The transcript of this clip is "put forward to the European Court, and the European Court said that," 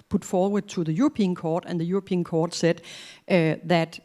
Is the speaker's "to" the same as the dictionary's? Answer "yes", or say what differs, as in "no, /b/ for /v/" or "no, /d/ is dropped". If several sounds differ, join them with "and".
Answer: no, /s/ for /t/